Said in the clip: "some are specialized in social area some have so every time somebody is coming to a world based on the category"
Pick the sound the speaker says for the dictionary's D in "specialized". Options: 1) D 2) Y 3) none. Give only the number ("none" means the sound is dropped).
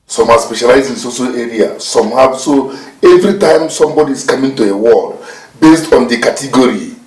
3